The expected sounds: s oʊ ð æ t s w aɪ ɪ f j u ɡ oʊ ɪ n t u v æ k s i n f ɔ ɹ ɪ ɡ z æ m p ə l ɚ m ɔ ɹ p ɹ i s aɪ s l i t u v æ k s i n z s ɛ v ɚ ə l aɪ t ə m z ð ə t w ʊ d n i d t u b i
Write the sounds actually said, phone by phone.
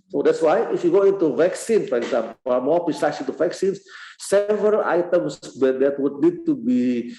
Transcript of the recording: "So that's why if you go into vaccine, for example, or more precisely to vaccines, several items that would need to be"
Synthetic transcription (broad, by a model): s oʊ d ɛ t s w aɪ ɪ f j u ɡ oʊ ɪ n t u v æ k s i n f ɔ ɹ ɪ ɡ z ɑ m p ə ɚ m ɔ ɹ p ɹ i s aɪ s i t u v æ k s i n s s ɛ v ɚ ə l aɪ t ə m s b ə t w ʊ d n i d t u b i